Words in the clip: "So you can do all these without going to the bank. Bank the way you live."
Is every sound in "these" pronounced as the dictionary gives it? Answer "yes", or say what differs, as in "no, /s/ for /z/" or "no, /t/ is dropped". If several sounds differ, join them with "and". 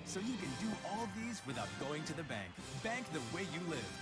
yes